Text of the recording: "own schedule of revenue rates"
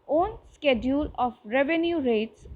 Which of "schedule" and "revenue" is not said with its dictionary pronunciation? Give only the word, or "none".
none